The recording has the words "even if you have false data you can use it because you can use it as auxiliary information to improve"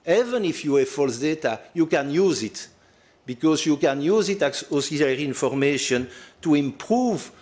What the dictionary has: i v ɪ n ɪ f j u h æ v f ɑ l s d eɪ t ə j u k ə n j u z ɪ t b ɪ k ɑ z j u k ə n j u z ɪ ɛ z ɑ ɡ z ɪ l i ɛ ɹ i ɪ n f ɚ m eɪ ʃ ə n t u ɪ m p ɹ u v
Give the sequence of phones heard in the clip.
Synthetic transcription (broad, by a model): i v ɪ n ɪ f j u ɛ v f ɑ l s d eɪ t ə j u k ə n j u z ɪ t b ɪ k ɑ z j u k ə n j u z ɪ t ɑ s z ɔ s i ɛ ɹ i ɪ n f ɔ m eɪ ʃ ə n t u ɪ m p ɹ u v